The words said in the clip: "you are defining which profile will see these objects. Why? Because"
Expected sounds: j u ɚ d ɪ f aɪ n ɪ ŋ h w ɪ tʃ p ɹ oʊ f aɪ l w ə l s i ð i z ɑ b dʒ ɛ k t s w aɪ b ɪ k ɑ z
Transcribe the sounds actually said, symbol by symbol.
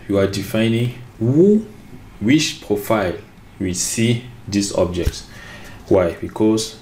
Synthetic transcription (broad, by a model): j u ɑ d ɪ f aɪ n ɪ ŋ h w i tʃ p ɹ oʊ f aɪ l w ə s i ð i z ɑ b dʒ ɛ k t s w aɪ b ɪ k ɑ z